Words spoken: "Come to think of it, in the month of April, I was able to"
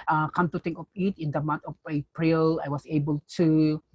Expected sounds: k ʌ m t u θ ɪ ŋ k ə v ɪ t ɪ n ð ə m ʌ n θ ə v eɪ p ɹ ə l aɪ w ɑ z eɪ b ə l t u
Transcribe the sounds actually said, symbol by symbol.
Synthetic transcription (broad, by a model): k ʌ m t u t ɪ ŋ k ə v ɪ t ɪ n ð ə m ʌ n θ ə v eɪ p ɹ ə l aɪ w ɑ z eɪ b ə l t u